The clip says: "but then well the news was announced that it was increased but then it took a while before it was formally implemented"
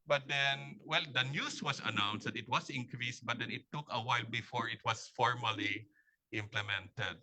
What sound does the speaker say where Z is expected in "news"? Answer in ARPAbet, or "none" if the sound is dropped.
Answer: S